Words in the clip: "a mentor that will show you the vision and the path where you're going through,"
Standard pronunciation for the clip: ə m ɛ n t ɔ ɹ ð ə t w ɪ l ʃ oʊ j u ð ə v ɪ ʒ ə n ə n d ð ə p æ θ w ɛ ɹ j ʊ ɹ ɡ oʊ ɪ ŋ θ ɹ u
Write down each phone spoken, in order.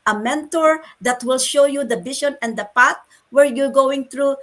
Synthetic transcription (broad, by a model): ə m ɛ n t ɔ ɹ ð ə t w ɪ l ʃ oʊ j u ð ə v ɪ ʃ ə n ə n d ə p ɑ t w ɛ ɹ j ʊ ɹ ɡ oʊ ɪ ŋ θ ɹ u